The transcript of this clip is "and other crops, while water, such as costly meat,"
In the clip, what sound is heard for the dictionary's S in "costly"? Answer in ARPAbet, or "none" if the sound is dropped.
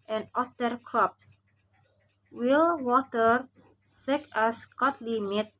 none